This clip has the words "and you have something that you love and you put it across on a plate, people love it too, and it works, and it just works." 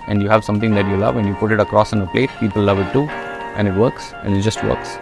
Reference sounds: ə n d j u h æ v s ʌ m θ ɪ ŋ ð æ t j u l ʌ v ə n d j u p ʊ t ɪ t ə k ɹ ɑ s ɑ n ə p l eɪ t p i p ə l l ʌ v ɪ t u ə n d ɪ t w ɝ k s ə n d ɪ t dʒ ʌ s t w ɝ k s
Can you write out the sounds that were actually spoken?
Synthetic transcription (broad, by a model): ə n d j u h æ v s ʌ m t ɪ ŋ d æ t j u l ʌ v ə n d j u p ʊ t ɪ t ə k ɹ ɑ s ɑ n ə p l eɪ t p i p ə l l ʌ v ɪ t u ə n ɪ t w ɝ k s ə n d ɪ t dʒ ʌ s t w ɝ k s